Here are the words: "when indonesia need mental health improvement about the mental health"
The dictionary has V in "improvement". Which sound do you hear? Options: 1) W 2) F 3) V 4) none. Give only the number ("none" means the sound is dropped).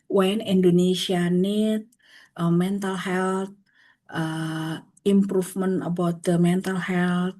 2